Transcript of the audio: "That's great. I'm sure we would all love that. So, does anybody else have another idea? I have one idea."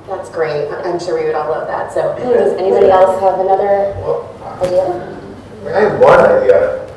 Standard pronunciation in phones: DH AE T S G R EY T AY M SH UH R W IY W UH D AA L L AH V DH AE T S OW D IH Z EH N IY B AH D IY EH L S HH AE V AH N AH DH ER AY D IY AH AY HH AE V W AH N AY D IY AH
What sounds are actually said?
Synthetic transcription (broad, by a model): DH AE T S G R EY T AY M SH UH R W IY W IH D AA L L AH V DH AE T S OW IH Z EH N IY B AH D IY EH L S HH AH V AH N AH DH ER AY D IY AH AY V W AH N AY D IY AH